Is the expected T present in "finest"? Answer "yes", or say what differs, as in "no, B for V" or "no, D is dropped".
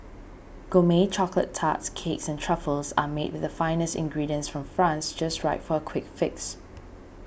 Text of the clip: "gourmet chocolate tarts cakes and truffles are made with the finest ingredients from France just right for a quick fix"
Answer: yes